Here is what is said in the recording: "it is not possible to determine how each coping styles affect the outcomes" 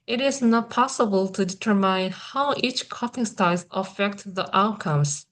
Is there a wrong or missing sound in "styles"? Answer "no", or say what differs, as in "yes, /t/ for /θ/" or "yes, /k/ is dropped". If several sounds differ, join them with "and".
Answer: yes, /l/ is dropped